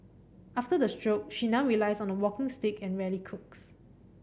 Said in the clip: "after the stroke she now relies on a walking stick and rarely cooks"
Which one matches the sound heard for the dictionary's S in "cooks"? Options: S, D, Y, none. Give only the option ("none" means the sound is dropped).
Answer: S